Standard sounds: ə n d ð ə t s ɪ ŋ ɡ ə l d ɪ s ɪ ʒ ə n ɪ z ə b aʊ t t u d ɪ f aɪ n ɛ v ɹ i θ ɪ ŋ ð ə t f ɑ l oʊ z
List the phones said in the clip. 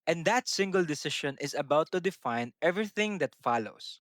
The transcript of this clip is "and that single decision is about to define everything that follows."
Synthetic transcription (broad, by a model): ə n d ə t s ɪ ŋ ɡ ə l d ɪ s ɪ ʃ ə n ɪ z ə b aʊ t t u d ɪ f aɪ n ɛ v ɹ i θ ɪ ŋ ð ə t f ɑ l oʊ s